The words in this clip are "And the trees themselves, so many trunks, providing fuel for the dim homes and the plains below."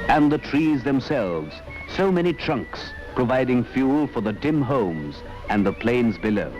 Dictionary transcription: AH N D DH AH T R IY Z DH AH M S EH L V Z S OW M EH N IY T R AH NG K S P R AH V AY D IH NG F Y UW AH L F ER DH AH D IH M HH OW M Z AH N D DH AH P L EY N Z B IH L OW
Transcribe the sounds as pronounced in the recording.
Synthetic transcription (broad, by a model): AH N DH AH T R IY Z DH AH M S EH L V Z S OW M EH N IY T R AH NG K S P R AH V AY D IH NG F Y UW L F ER DH AH D IH M HH OW M Z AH N DH AH P L EY N Z B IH L OW